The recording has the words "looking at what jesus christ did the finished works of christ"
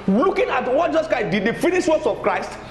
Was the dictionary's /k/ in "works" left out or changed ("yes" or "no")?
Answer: yes